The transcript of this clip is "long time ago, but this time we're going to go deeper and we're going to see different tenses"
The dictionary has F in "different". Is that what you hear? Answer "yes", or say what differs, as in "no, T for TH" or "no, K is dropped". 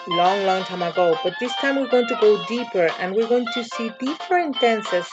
no, P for F